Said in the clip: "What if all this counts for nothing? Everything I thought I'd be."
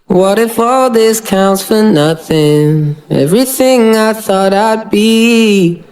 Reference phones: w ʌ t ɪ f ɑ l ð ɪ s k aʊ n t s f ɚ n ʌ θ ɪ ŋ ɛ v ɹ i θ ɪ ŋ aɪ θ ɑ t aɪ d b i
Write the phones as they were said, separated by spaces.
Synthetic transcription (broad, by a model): w ʌ t ɪ f ɑ l ð ɪ s k aʊ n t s f ɚ n ʌ θ ɪ ŋ ɛ v ɹ i θ ɪ ŋ aɪ θ ɑ t aɪ d b i